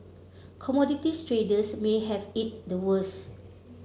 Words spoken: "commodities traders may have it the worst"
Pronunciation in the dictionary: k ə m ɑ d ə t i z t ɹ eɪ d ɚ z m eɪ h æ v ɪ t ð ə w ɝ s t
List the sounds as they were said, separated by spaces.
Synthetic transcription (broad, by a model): k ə m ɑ d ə t i s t ɹ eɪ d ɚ s m eɪ h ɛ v ɪ t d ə w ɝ s